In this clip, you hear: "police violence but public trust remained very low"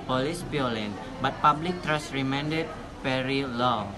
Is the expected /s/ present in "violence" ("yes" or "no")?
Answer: no